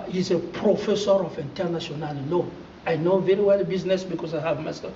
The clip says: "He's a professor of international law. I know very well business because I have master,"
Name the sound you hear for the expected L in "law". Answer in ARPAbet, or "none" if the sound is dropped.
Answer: N